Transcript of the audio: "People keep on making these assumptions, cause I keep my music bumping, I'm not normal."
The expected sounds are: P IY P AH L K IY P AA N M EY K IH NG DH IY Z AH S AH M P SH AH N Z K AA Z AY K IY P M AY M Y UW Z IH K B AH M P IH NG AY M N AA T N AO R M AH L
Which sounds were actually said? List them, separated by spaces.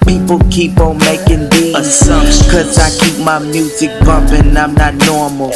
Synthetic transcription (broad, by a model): P IY P L K IY P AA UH M EY K IH NG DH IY AH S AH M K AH Z AA IH K IY P M AY M Y UW Z IH K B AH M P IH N AY M N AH T N AO R M L